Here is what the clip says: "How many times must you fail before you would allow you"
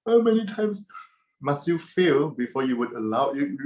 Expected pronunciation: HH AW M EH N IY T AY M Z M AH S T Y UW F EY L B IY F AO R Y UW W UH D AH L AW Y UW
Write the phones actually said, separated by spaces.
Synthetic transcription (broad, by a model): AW M EH N IY T AY M S M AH S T Y UW F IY L B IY F AO Y UW W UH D AH L AW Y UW